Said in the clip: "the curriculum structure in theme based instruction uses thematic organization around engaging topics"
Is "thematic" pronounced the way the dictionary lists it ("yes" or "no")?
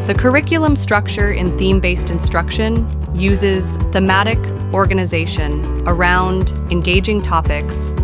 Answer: yes